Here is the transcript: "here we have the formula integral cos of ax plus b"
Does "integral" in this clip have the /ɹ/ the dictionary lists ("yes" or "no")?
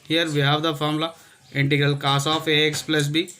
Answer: yes